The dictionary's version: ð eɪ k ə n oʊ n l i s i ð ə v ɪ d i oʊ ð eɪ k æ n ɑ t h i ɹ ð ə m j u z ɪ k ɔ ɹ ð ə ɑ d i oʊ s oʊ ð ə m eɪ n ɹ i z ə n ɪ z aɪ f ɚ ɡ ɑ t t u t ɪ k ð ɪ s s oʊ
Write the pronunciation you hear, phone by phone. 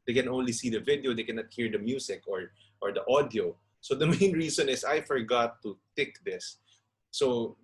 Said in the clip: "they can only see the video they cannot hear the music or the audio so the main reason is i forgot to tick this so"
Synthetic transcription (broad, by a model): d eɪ k ə n oʊ n l i s i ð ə v ɪ d i oʊ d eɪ k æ n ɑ t h i ɹ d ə m j u s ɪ k ɔ ɹ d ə ɑ d i oʊ s oʊ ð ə m eɪ n ɹ i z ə n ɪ s aɪ f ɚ ɡ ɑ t t u t ɪ k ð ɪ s s oʊ